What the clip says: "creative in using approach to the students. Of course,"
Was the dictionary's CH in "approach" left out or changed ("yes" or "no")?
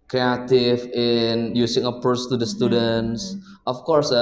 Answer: yes